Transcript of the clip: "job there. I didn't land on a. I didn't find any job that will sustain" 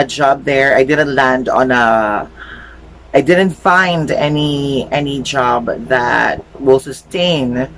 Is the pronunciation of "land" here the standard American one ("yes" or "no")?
yes